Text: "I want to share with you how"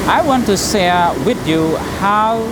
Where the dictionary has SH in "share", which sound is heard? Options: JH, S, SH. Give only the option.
S